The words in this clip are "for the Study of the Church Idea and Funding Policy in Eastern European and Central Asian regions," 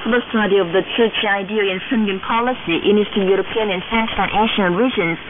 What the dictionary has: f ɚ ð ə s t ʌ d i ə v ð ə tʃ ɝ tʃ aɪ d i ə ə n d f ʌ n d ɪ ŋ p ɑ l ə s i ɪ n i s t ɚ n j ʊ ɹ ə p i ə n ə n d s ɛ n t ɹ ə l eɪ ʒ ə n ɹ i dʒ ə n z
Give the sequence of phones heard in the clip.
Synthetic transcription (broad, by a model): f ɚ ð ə s t ʌ d i ə v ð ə tʃ ɝ tʃ aɪ d i ə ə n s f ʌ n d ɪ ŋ p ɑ l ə s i ɪ n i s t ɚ j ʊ ɹ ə p i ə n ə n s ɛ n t ə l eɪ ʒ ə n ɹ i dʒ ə n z